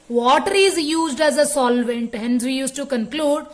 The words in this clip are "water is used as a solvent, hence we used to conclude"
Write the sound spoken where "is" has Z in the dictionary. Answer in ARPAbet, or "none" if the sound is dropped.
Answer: Z